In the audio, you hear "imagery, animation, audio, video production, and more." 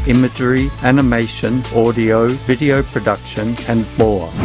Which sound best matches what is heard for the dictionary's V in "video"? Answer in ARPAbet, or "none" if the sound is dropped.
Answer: V